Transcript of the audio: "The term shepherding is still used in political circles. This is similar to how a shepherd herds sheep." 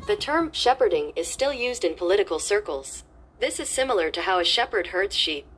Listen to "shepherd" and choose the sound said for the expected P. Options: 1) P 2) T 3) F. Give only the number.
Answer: 1